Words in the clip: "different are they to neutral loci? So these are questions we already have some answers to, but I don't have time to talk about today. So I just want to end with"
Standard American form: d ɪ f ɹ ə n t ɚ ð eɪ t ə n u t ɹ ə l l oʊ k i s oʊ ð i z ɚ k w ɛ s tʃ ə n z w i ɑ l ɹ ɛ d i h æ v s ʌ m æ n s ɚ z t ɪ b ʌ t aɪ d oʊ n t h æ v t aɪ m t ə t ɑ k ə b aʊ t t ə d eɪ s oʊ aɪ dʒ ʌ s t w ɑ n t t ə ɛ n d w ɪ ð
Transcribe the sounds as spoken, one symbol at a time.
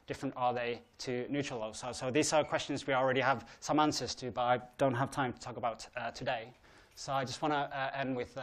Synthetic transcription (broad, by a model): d ɪ f ɹ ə n t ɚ ð eɪ t ə n u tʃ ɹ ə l l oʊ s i s oʊ ð i z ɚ k w ɛ s tʃ ə n z w i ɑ l ɹ ɛ d i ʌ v s ʌ m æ n s ɚ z t ɪ b ʌ t aɪ d oʊ n t h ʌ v t aɪ m t ə t ɑ k ə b aʊ t t ə d eɪ s oʊ aɪ dʒ ʌ s t w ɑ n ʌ t ɛ n d w ɪ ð